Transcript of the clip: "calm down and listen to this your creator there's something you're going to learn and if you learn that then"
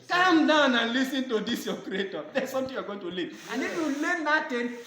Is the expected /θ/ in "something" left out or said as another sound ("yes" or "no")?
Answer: yes